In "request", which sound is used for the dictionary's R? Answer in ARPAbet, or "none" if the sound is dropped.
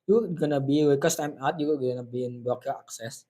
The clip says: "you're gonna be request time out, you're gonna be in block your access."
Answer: W